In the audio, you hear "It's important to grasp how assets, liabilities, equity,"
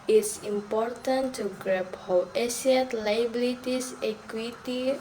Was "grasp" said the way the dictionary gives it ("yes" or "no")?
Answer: no